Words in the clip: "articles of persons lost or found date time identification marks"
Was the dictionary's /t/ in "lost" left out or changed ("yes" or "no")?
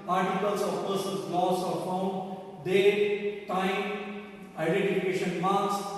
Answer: yes